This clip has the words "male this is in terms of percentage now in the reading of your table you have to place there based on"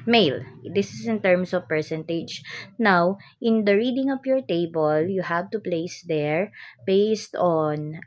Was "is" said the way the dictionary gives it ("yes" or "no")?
no